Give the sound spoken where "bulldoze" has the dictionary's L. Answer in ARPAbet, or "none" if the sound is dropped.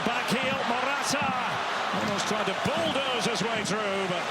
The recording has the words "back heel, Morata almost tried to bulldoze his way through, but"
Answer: L